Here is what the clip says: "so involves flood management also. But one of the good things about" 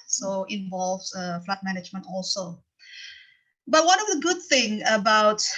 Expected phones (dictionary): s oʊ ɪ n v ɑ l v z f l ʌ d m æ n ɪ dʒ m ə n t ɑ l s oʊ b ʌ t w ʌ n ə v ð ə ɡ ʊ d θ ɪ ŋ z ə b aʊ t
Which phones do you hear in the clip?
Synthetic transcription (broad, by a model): s oʊ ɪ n v ɑ l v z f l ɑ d m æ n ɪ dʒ m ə n t ɑ l s oʊ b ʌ t w ʌ n ə v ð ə ɡ ʊ d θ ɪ ŋ ə b aʊ t